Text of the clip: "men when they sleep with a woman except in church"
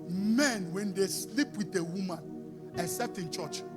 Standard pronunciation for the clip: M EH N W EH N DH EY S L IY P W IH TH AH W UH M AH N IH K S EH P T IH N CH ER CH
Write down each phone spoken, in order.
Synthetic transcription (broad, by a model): M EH N W EH N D EY S L IY P W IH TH AH W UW M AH N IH S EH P T IH N CH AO CH